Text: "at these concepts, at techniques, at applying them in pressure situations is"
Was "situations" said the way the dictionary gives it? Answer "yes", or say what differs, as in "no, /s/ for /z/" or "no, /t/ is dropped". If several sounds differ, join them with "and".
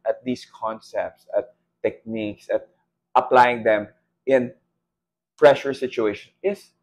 no, /z/ is dropped